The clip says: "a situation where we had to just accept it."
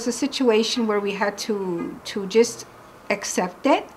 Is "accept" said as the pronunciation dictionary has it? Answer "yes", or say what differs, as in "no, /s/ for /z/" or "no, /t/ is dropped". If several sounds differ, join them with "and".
yes